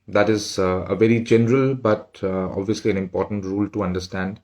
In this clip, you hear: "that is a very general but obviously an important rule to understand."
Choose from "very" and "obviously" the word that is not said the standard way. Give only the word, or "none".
none